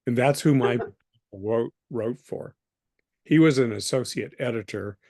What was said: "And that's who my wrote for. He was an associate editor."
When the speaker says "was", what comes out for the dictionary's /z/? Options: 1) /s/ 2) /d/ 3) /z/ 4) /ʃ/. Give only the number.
3